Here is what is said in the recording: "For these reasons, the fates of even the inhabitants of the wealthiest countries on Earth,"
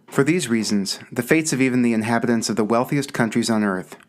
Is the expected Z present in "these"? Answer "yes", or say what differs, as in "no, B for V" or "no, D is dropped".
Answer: yes